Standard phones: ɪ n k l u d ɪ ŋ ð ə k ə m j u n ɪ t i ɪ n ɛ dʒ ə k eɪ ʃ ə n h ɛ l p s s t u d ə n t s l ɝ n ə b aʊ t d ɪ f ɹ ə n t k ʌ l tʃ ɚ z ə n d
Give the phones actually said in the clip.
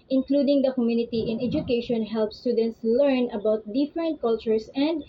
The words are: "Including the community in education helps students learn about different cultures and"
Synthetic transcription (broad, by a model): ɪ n k l u d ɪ ŋ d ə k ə m j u n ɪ t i ɪ n ɛ dʒ ə k eɪ ʃ ə n h ɛ l p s s t u d ə n t s l ɝ n ə b aʊ t d ɪ f ɹ ə n t k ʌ l tʃ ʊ s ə n d